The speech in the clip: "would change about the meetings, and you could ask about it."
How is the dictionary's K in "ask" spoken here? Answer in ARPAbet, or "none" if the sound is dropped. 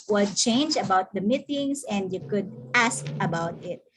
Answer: K